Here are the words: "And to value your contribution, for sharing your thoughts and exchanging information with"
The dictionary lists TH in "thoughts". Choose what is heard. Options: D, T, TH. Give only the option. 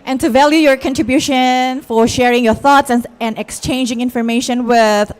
TH